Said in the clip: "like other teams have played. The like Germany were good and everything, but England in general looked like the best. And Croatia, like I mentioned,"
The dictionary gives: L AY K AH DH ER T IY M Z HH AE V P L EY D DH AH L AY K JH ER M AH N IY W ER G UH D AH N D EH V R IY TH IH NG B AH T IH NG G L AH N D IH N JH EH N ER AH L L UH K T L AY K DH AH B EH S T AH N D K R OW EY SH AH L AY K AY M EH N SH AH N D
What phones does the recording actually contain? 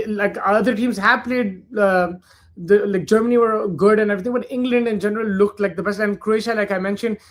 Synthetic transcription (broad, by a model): L AY K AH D ER T IY M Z HH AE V P L EY D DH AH L AY K JH ER M AH N IY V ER G UH D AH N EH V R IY T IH NG B AH T IH NG G L AH N D IH N JH EH N ER AH L L UH K T L AY K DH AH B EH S AH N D K R OW EY SH AH L AY K AY M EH N SH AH N D